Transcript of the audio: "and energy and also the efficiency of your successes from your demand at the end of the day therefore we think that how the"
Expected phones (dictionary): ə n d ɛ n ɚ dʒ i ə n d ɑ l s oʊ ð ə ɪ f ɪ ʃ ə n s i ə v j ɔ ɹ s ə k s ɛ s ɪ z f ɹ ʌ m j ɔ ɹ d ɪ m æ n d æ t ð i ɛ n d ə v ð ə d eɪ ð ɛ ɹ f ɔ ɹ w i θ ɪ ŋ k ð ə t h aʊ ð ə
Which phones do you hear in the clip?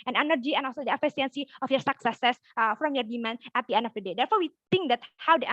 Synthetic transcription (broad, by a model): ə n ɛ n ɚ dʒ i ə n ɑ l s oʊ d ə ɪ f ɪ s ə n s i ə f j ɔ ɹ s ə k s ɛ s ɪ s f ɹ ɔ m j ɔ ɹ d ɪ m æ n æ t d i ɛ n d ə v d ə d eɪ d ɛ ɹ f ɔ ɹ w i t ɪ ŋ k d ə t h aʊ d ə